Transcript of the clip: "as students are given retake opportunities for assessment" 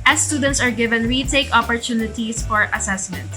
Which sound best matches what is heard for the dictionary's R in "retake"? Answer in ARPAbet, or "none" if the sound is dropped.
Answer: W